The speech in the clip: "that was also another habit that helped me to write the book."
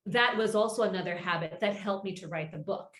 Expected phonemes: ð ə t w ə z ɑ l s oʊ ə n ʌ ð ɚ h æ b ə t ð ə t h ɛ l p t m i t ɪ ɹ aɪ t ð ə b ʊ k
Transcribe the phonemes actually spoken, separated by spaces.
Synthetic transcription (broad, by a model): ð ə t w ə z ɑ l s oʊ ə n ʌ ð ɚ h æ b ə t ð ə t h ɛ l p m i t ɪ ɹ aɪ t ð ə b ʊ k